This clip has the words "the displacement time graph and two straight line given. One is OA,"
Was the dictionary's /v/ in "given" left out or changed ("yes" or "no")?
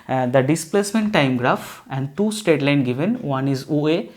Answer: no